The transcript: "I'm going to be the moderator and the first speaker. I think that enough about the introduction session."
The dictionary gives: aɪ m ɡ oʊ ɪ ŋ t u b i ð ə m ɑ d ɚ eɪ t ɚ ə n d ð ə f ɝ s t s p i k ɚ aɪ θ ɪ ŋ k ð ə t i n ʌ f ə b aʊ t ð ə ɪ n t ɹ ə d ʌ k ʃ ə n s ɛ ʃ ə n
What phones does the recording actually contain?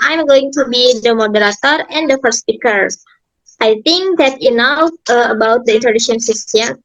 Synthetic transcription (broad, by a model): aɪ m ɡ oʊ ɪ ŋ t u b i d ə m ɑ d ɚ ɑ t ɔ ə n d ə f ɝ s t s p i k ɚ aɪ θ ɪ ŋ k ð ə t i n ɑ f ə b aʊ t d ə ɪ n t ə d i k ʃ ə n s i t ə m